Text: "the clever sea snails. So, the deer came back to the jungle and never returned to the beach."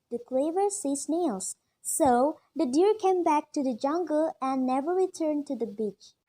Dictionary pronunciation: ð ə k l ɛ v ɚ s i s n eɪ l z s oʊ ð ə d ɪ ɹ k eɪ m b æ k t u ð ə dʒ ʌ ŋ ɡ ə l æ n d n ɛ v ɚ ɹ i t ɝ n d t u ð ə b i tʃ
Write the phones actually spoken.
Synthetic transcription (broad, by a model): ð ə k l ɛ v ɚ s i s n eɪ l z s oʊ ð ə d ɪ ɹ k eɪ m b æ k t u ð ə dʒ ʌ ŋ ɡ ə l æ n n ɛ v ɚ ɹ i t ɝ n d t u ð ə b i tʃ